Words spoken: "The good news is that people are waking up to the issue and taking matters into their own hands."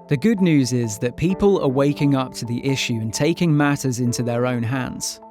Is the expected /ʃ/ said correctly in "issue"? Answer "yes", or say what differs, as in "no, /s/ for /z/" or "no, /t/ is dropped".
yes